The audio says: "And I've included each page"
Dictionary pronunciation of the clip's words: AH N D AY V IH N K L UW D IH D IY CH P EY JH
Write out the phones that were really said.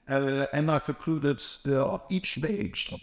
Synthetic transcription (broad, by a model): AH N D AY F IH K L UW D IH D IY CH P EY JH